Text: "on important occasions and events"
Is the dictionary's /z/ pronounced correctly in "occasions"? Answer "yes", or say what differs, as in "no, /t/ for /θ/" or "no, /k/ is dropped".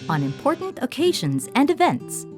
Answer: yes